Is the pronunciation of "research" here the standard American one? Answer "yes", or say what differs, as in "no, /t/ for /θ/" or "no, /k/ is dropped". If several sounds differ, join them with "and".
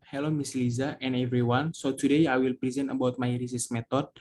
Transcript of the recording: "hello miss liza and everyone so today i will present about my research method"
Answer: no, /s/ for /tʃ/